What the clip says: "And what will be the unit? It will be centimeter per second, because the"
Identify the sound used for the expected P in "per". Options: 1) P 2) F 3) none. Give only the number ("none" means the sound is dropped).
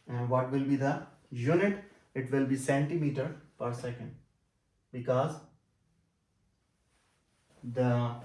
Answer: 1